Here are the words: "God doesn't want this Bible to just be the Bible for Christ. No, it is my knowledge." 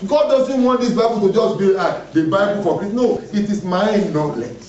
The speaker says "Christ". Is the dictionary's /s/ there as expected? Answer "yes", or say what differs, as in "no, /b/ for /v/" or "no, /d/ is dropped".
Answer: no, /s/ is dropped